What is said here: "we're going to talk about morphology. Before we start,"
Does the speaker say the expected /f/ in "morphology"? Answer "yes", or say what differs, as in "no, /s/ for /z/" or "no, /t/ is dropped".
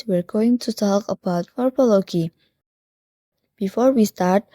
no, /p/ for /f/